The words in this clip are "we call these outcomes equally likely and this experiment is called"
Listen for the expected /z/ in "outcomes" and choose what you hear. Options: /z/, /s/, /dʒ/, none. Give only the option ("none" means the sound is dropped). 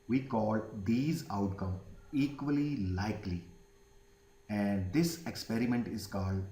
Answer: none